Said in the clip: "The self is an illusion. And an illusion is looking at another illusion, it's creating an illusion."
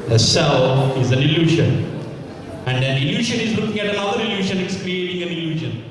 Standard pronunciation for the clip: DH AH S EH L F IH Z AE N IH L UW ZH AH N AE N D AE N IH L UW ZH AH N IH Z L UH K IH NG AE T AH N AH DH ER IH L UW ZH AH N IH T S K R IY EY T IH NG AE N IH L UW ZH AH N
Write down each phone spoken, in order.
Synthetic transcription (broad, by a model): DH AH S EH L IH Z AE N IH L UW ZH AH N AE N D AE N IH L UW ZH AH N IH Z L UH K IH NG AE T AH N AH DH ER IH L UW SH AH N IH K S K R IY EY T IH NG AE N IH L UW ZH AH N